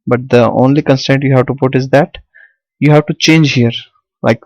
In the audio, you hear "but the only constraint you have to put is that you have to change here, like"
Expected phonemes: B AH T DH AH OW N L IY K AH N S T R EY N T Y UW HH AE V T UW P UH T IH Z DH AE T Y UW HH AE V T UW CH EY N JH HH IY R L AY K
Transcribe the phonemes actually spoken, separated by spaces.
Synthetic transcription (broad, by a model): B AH T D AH OW N L IY K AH N S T EY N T Y UW HH AE V T UW P UH T IH Z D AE T Y UW HH AE V T UW CH EY N JH HH IY R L AY K